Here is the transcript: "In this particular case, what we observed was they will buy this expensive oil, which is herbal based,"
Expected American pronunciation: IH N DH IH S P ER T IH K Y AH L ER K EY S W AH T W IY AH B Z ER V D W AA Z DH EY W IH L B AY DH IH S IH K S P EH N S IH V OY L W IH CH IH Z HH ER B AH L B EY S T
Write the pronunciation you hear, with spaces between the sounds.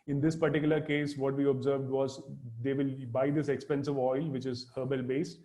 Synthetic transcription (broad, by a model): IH N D IH S P ER T IH K Y AH L ER K EY S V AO T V IY AH B Z ER V D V AA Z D EY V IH L B AY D IH S IH K S P EH N S IH V OY L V IH CH IH Z HH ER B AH L B EY S T